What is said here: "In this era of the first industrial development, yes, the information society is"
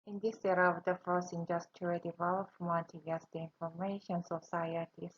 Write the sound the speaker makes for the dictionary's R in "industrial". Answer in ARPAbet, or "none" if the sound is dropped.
none